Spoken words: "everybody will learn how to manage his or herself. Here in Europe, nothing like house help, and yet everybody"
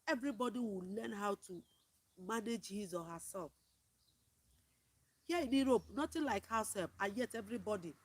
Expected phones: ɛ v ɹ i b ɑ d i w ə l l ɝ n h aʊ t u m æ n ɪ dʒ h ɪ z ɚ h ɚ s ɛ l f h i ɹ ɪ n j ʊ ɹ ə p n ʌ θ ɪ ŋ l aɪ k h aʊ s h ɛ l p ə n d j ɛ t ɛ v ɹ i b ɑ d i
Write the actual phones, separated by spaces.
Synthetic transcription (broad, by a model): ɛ v ɹ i b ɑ d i w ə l l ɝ n h aʊ t u m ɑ n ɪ dʒ h ɪ z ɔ h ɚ s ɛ l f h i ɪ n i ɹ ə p n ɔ t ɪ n l aɪ k h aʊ s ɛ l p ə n j ɛ t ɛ v ɹ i b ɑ d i